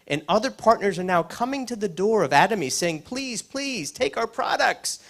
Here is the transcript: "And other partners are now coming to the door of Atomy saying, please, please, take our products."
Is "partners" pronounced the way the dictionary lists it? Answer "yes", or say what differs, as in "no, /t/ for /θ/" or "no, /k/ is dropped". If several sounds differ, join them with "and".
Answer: yes